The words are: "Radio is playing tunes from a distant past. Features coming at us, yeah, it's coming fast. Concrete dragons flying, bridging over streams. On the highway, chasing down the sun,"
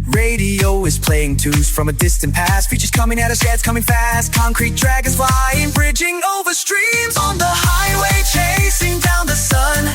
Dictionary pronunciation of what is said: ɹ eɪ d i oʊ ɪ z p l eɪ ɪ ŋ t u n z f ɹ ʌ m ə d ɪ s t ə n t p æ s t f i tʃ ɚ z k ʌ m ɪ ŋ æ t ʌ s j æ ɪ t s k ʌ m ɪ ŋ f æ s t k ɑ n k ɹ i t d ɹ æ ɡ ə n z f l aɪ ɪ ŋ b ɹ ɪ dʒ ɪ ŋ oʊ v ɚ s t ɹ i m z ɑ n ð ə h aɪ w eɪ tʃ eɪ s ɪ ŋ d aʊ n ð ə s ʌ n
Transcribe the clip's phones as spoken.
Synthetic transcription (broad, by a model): ɹ eɪ d i oʊ ɪ z p l eɪ ɪ ŋ t u z f ɹ ʌ m ə d ɪ s t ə n p æ s t f i tʃ ɚ z k ʌ m ɪ ŋ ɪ t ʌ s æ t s k ʌ m ɪ ŋ f æ s t k ɑ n k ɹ i t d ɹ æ ɡ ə z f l aɪ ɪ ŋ b ɹ ɪ dʒ ɪ ŋ oʊ v ɚ s t ɹ i m z n ð ə h aɪ w eɪ tʃ eɪ s ɪ ŋ d aʊ n ð ə s ʌ n